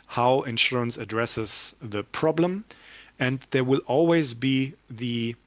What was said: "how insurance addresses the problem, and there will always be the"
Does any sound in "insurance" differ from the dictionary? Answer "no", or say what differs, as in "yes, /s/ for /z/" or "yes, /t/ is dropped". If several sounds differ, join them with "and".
no